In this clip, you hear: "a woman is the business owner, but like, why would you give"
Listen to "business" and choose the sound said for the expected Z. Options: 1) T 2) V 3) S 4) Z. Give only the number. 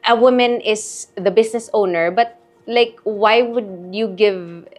3